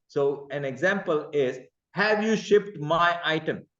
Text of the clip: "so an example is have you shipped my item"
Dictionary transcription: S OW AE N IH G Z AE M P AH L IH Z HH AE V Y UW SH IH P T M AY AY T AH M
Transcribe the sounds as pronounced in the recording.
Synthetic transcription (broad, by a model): S OW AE N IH G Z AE M P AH L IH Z HH AE V Y UW SH IH P T M AY AY T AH M